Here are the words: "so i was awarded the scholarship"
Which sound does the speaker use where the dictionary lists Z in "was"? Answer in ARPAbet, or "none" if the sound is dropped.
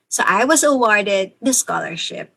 Z